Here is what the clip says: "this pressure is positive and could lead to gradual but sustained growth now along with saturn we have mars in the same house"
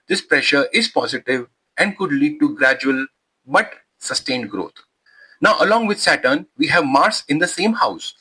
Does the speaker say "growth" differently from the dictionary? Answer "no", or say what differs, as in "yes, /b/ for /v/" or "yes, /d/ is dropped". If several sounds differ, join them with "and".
yes, /t/ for /θ/